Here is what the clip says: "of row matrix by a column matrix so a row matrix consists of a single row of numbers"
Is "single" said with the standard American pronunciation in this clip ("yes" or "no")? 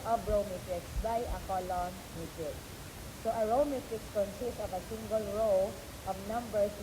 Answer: yes